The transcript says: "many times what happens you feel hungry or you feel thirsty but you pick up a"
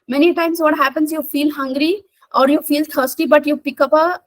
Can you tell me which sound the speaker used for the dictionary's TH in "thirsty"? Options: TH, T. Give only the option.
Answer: T